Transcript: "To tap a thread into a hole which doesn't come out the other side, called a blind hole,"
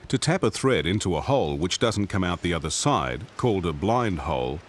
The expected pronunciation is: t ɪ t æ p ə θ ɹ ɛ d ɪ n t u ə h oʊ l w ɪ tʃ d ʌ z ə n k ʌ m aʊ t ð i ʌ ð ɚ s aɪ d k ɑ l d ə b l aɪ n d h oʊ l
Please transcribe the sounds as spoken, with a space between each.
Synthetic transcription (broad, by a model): t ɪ t æ p ə θ ɹ ɛ d ɪ n t u ə h oʊ l w ɪ tʃ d ʌ z n k ʌ m aʊ t ð i ʌ ð ɚ s aɪ d k ɑ l d ə b l aɪ n d h oʊ l